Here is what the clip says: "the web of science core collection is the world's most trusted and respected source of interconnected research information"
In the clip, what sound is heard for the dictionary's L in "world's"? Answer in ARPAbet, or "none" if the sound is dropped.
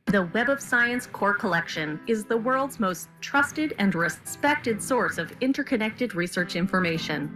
L